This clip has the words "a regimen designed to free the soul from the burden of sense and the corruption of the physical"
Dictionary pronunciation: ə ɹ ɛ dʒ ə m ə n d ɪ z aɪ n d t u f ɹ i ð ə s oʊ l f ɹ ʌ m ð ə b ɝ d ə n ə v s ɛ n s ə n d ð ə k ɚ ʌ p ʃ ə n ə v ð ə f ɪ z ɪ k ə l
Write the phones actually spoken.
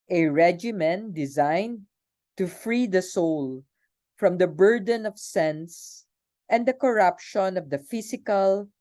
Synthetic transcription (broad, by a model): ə ɹ ɛ dʒ ə m ə n d ɪ z aɪ n d t u f ɹ i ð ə s oʊ l f ɹ ʌ m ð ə b ɝ d ə n ə v s ɛ n s ə n d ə k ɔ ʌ p ʃ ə n ə v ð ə f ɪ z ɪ k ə l